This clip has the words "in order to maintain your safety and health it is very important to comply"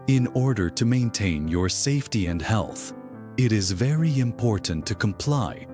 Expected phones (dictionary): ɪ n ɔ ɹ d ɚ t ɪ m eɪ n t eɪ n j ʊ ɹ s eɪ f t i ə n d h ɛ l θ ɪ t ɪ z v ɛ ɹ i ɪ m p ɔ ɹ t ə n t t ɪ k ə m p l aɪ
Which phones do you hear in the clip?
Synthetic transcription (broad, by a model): ɪ n ɔ ɹ d ɚ t ɪ m eɪ n t eɪ n j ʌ ɹ s eɪ f t i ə n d h ɛ l θ ɪ t ɪ z v ɛ ɹ i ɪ m p ɔ ɹ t n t t ɪ k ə m p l aɪ